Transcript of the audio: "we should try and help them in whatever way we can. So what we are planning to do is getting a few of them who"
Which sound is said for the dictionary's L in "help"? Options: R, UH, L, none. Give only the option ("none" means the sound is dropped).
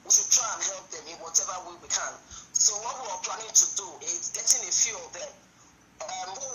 L